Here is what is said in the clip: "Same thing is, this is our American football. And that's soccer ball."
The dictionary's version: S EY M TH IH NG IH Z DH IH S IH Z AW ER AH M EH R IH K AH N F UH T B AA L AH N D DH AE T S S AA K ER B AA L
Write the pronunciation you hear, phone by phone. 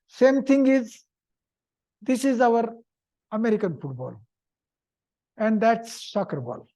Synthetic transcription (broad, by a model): S EY M T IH NG IH Z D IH S IH Z AW ER AH M EH R IH K AH N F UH T B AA L AH N D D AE T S S AA K ER B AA L